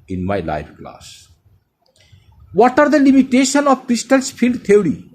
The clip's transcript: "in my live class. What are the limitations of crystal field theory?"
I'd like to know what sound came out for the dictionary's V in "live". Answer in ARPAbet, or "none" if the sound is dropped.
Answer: P